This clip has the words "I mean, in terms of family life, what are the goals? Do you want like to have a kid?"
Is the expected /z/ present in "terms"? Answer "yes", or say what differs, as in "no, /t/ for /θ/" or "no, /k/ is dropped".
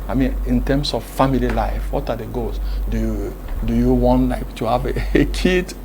no, /s/ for /z/